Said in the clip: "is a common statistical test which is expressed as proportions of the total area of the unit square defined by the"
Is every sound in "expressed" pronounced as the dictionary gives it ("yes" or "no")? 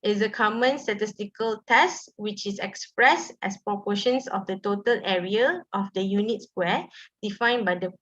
yes